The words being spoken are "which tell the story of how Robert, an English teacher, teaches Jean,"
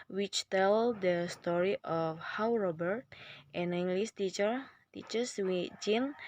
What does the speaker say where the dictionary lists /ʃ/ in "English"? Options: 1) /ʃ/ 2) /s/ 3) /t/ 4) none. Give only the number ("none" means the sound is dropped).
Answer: 2